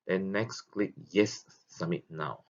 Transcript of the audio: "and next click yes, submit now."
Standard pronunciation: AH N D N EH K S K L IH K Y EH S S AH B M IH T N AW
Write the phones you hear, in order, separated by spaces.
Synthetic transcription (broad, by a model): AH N N EH K S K L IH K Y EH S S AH M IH T N AW